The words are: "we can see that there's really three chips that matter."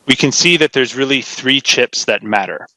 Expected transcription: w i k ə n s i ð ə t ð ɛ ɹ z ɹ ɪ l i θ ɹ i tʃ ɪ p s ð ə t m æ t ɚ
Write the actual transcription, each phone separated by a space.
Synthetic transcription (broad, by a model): w i k ə n s i ð ə t ð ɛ ɹ z ɹ ɪ l i θ ɹ i tʃ ɪ p s ð ə t m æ t ɚ